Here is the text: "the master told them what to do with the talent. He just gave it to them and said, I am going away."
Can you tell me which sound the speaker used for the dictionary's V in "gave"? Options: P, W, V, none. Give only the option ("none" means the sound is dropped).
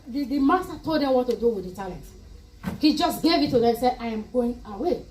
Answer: V